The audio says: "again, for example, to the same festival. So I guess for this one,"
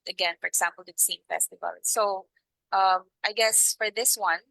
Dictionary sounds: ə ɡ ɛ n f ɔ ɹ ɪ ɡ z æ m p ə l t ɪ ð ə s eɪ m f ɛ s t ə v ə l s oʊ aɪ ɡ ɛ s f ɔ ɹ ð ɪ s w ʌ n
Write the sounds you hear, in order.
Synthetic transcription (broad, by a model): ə ɡ ɛ n f ɔ ɹ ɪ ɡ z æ m p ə l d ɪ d s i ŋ f ɛ s t ə v ə l s oʊ aɪ ɡ ɛ s f ɔ ɹ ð ɪ s w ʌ n